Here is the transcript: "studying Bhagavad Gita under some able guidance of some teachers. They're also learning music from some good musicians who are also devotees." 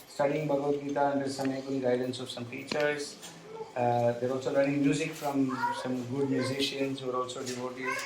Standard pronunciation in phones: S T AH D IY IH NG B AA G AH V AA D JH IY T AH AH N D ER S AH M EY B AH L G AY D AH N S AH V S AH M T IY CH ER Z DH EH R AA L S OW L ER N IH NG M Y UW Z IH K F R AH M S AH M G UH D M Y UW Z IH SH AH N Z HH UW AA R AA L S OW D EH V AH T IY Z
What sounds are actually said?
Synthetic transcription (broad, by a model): S T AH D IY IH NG B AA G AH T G IY T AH AH N D ER S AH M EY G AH N G AY D AH N S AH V S AH M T IY CH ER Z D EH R AA L S OW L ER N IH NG M Y UW Z IH K F R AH M S AH M G UH D M Y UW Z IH SH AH N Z AA R AA L S OW D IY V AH T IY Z